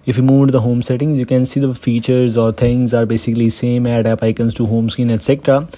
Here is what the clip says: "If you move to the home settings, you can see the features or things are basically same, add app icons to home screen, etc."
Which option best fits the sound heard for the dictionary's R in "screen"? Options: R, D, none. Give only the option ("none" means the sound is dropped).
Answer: none